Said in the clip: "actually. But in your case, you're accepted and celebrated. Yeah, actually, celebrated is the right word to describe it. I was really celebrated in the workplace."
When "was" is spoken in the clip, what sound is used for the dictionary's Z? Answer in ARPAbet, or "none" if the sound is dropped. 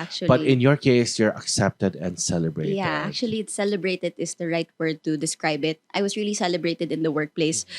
S